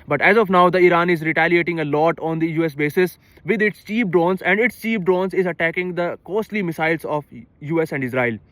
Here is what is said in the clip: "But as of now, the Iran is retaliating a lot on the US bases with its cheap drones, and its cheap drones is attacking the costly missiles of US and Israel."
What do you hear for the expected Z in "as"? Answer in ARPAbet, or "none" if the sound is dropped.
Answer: Z